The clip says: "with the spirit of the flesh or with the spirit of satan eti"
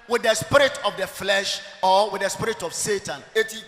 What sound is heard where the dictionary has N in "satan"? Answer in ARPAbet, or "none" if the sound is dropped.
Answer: N